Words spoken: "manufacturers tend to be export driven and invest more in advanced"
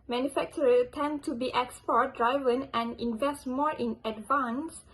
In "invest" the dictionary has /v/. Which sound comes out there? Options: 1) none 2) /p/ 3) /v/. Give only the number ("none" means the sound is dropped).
3